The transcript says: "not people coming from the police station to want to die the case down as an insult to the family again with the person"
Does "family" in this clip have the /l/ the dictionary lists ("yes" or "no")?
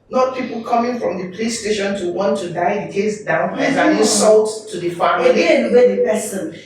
no